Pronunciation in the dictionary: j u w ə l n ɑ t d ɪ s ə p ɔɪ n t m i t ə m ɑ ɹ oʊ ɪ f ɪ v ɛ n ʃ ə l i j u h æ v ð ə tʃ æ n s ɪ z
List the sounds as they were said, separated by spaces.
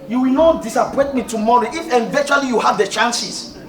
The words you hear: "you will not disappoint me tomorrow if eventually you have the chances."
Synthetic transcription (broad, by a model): j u w ə l n ɑ t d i s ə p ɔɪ t m i t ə m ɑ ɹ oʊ ɪ f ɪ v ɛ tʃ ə l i j u h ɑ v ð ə tʃ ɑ n s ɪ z